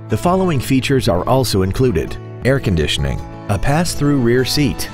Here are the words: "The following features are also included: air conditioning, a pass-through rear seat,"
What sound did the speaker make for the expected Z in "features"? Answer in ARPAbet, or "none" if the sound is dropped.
Z